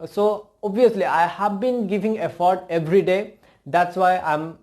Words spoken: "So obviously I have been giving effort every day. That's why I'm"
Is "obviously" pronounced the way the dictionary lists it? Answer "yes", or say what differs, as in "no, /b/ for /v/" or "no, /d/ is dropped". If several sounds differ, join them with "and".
no, /v/ is dropped